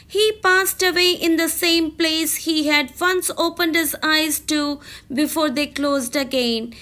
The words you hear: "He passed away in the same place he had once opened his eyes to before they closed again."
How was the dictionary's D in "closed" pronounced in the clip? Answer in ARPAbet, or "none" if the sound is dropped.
D